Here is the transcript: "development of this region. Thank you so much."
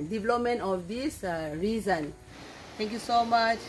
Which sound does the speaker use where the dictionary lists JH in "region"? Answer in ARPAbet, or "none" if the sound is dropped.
Z